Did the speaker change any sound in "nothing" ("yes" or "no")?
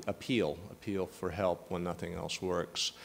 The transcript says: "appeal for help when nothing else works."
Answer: no